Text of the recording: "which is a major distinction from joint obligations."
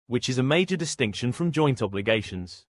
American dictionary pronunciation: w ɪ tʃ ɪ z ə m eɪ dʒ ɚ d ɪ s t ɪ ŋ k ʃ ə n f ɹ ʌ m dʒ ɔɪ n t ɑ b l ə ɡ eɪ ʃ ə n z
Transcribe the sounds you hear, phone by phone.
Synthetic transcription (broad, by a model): w ɪ tʃ ɪ z ə m eɪ dʒ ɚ d ɪ s t ɪ ŋ k ʃ ə n f ɹ ʌ m dʒ ɔɪ n t ɑ b l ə ɡ eɪ ʃ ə n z